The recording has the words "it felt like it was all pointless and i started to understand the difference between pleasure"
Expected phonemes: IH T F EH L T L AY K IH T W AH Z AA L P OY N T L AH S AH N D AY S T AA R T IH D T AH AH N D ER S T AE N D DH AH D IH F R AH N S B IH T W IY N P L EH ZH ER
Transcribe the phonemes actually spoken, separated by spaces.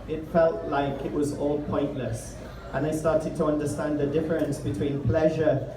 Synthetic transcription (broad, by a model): IH T F EH L T L AY K IH T W AH Z AA L P OY N T L AH S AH N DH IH S T AA R T IH D T AH AH N D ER S T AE N DH AH D IH F R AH N S B IH T W IY N P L EH ZH ER